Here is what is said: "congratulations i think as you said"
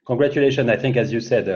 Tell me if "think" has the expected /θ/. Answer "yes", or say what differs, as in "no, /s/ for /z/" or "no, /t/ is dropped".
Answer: yes